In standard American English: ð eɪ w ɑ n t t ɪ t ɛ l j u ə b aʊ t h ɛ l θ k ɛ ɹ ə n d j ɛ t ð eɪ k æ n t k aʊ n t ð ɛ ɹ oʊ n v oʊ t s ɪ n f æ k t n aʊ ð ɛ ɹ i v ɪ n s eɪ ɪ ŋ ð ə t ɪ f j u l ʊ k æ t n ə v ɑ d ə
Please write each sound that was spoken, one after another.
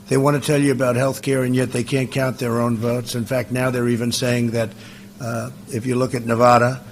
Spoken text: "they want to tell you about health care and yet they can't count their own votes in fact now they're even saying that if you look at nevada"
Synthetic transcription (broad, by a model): ð eɪ w ɑ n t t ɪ t ɛ l j ə b aʊ t h ɛ l θ k ɛ ɹ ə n j ɛ t ð eɪ k æ n k aʊ n ð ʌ ɹ oʊ n v oʊ t s ɪ n f æ k t n aʊ ð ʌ ɹ i v ɪ n s eɪ ɪ ŋ ð ə t ɪ f j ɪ l ʊ k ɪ t n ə v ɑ d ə